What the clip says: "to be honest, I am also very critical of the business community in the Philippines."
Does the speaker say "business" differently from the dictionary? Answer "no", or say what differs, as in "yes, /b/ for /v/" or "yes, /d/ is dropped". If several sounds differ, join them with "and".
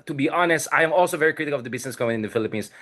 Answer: yes, /s/ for /z/